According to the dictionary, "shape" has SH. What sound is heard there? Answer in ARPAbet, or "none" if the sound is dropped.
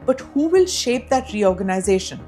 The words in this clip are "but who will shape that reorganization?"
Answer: SH